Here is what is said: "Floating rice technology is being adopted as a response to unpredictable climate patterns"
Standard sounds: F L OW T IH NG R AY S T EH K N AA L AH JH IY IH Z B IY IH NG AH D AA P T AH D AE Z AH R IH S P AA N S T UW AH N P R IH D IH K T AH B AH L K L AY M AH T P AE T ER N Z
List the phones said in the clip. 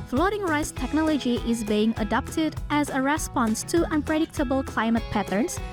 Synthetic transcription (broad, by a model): F L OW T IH NG R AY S T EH K N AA L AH JH IY IH Z B IY IH NG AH D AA P T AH D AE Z AH R IH S P AA N S T UW AH N P R IH D IH K T AH B AH L K L AY M AH T P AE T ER N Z